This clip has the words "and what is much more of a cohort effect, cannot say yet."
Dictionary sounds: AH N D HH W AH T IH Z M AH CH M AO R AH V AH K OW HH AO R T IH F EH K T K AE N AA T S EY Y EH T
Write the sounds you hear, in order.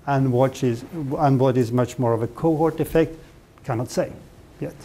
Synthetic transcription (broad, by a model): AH N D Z W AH T IH Z M AH CH M AO R AH V AH K OW HH AO R T IH F EH K T K AE N AA T S EY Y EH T